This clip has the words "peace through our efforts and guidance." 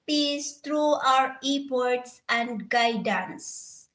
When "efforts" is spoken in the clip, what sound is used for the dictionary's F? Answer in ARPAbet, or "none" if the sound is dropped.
P